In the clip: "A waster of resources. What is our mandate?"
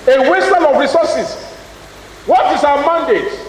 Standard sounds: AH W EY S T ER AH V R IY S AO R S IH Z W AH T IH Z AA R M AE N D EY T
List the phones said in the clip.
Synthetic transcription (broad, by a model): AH W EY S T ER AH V R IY S AO S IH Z W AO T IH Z AA W M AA N D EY T